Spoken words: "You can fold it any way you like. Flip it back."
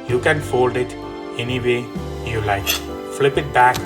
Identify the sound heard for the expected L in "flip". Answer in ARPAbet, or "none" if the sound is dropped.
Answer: L